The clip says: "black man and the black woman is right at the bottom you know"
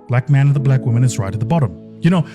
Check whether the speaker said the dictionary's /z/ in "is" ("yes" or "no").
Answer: yes